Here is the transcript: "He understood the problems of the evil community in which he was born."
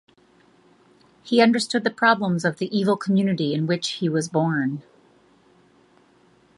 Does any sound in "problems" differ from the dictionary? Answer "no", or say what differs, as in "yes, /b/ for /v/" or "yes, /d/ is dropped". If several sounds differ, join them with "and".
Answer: no